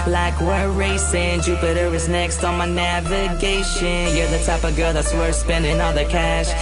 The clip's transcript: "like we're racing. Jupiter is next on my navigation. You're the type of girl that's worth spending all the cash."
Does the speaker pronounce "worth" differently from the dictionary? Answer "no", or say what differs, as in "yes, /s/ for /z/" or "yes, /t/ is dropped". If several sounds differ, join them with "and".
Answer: yes, /t/ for /θ/